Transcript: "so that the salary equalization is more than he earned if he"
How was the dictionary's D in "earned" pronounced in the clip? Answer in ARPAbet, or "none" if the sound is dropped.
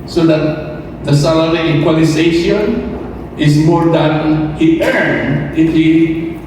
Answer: none